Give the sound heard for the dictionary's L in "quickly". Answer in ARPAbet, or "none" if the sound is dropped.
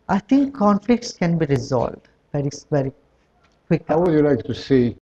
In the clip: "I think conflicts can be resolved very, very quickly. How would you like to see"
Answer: none